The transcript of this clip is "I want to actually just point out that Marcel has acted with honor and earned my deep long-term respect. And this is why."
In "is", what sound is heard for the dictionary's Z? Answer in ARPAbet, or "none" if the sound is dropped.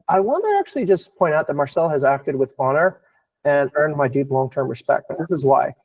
Z